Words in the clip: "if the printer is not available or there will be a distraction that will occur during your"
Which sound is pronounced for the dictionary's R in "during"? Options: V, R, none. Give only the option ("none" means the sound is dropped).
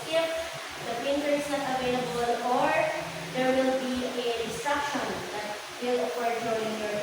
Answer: none